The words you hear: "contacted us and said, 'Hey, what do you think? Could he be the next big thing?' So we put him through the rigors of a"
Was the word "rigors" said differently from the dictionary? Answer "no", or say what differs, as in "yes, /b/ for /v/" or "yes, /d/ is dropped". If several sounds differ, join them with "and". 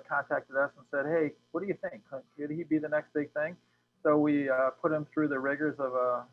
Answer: no